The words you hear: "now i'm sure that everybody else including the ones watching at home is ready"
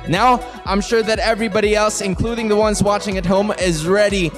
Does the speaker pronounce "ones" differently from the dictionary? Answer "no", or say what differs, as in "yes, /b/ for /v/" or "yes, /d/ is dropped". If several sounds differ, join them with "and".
no